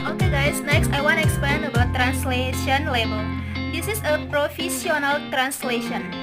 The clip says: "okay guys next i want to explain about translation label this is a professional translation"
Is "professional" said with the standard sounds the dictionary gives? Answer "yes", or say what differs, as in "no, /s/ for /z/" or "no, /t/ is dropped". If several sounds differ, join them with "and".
no, /s/ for /ʃ/